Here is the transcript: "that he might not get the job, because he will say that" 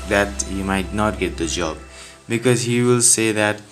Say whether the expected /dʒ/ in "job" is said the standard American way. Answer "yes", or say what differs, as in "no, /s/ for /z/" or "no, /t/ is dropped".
yes